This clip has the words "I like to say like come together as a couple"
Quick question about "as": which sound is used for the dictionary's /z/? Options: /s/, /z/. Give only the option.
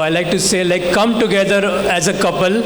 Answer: /z/